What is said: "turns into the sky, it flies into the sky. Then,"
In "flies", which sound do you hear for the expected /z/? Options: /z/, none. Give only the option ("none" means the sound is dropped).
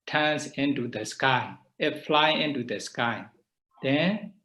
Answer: none